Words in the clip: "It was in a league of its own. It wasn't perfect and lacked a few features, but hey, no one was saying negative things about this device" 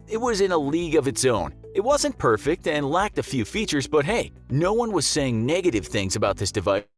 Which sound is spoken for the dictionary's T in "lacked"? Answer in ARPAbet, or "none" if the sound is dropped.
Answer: T